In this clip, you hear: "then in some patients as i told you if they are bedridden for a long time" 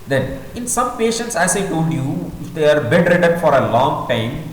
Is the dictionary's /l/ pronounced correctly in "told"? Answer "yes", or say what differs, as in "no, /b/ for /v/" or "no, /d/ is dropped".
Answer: yes